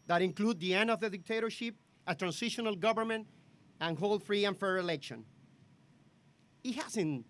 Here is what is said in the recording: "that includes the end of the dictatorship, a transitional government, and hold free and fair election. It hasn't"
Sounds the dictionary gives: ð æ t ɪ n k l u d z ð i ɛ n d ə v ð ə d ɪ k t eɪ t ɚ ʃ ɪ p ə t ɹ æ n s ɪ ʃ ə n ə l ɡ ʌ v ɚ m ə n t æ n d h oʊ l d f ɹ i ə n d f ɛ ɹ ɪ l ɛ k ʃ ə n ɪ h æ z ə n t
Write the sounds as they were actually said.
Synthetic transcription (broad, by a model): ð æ t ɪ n k l u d ð i ɛ n d ə v ð ə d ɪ k t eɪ t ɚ ʃ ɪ p ə t ɹ æ n s ɪ ʃ ə n ə l ɡ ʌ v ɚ m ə n t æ n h oʊ l f ɹ i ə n f ɛ ɹ ɪ l ɛ k ʃ ə n ɪ h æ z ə n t